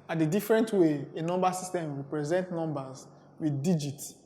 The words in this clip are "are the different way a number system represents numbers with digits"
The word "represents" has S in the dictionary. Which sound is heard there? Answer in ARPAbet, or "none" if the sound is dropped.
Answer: none